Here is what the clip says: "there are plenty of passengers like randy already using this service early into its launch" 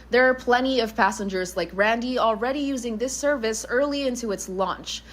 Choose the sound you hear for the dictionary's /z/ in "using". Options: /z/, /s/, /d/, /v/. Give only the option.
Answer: /z/